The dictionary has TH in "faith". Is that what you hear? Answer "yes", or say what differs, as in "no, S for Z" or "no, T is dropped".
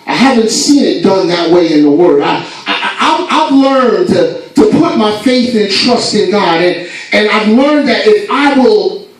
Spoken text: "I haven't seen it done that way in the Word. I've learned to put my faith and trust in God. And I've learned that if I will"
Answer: yes